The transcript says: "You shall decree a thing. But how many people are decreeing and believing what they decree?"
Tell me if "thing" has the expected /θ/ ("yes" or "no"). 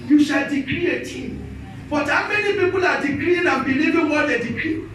no